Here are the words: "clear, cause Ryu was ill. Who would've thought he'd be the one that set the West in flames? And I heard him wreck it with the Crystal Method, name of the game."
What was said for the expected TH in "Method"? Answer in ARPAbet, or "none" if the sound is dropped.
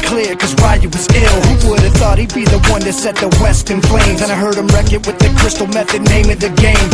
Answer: TH